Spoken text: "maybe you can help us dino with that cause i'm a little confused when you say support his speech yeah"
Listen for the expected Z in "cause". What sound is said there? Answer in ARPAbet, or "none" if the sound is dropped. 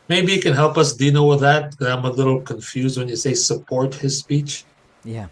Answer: none